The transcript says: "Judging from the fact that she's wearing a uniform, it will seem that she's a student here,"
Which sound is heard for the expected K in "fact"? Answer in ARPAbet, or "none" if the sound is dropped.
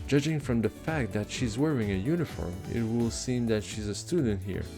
K